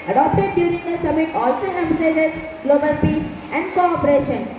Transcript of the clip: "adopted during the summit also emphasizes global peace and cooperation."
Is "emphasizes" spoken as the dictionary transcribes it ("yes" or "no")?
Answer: no